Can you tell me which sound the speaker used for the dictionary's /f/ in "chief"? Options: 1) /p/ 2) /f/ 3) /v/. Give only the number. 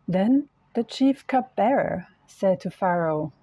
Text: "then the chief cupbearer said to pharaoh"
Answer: 2